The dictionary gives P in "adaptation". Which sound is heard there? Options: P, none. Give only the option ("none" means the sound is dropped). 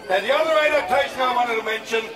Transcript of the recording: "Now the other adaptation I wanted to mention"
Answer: none